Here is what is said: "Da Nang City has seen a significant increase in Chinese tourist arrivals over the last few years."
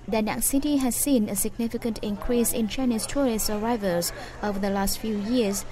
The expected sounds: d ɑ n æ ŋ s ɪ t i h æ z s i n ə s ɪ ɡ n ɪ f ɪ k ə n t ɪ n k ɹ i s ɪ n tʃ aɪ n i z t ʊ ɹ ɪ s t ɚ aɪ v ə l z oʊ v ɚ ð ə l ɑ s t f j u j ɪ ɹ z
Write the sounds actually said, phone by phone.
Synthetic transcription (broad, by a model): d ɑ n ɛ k s ɪ t i h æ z s i n ə s ɪ ɡ n ɪ f ɪ k ə n t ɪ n k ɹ i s ɪ n tʃ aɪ n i s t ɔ ɹ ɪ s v aɪ v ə l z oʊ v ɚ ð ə l ɑ s t f j u j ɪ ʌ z